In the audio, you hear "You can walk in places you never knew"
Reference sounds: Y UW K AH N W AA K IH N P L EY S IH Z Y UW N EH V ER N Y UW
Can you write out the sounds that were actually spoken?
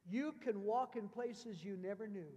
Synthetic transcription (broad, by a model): Y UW K AH N W AA K IH N P L EY S IH Z Y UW N EH V ER N Y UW